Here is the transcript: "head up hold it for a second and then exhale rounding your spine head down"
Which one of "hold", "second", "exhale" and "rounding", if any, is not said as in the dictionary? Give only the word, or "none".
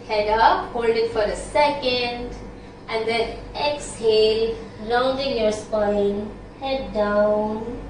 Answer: rounding